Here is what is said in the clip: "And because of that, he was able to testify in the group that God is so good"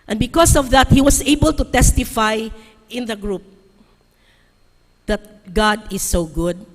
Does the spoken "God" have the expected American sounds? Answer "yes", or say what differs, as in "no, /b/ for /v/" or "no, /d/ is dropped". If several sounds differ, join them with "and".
yes